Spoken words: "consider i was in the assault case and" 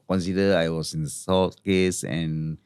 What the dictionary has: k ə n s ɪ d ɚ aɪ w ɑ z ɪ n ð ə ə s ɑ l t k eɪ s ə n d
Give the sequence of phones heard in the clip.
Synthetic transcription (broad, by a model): k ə n s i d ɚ aɪ w ɑ s ɪ n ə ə s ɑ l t k eɪ s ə n